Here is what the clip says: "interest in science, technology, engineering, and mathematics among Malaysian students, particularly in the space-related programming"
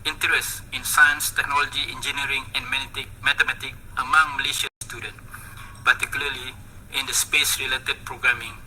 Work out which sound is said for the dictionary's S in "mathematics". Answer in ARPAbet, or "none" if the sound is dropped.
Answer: none